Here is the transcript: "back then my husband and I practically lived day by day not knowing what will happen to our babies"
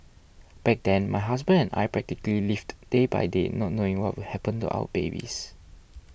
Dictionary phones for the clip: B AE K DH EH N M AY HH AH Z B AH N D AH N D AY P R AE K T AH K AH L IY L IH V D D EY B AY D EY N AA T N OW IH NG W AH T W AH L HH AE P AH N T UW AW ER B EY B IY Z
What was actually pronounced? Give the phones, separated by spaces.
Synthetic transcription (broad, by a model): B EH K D EH N M AY HH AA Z B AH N AH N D AY P R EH K T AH K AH L IY L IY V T D EY B AY D EY N AA T N OW IH NG W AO T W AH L HH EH P AH N T UW AW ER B EY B IY S